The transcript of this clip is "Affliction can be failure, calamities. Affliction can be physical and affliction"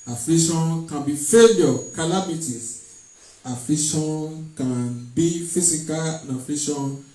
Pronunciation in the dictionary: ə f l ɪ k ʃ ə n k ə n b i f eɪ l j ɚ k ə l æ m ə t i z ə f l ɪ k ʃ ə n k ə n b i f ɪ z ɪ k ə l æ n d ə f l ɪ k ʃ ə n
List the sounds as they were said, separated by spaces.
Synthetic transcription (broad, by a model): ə f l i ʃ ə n k ə n b i f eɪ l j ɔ k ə l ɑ m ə t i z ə f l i ʃ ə n k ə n b i f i s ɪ k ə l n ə f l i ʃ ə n